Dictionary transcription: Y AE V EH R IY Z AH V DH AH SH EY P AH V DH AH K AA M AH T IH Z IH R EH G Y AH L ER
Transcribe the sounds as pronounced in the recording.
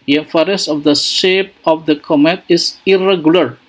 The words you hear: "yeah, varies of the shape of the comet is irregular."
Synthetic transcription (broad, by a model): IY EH F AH R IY S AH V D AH SH EY P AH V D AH K AA M AH T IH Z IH R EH G Y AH L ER